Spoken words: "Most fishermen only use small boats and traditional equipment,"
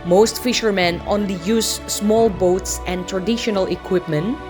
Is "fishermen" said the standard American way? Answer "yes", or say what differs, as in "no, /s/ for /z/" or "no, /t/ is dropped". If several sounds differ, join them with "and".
yes